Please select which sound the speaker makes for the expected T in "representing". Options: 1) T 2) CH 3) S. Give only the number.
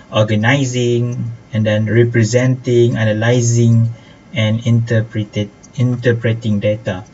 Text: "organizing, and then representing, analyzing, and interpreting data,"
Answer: 1